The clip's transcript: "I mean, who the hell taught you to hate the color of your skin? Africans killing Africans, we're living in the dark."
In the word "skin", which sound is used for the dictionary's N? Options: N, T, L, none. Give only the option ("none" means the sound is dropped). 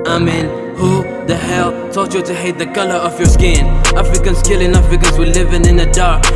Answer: N